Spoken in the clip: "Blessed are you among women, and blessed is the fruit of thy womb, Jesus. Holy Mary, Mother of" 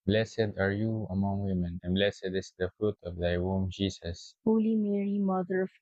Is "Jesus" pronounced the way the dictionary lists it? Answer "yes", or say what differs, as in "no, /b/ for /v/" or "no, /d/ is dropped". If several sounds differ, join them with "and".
no, /s/ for /z/